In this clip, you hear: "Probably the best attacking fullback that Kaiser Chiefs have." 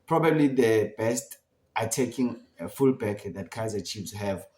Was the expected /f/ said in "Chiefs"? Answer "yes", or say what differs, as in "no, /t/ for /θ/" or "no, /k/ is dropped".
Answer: no, /p/ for /f/